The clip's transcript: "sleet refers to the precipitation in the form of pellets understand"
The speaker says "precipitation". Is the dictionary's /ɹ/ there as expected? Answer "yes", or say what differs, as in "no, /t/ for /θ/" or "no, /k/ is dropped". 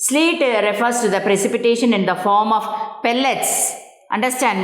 yes